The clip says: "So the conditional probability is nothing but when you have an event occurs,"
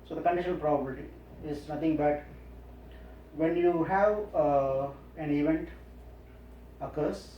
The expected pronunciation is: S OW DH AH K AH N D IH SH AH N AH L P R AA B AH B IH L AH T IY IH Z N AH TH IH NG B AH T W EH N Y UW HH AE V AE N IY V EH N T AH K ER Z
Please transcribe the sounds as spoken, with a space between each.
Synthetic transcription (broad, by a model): S OW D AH K AH N D IH SH AH N AH L P R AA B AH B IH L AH T IY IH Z N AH T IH NG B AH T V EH N Y UW HH AE V AE N IY V EH N T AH K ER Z